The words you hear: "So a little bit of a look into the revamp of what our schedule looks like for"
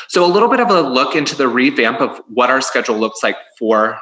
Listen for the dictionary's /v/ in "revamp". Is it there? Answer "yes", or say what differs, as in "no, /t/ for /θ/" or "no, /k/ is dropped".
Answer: yes